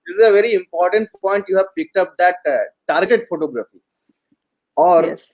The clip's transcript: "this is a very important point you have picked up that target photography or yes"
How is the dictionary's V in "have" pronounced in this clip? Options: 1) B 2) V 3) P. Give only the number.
2